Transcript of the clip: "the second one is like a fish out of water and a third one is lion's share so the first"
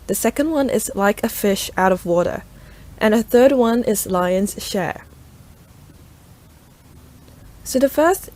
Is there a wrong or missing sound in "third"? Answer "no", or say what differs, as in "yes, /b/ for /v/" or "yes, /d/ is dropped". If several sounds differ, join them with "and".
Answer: no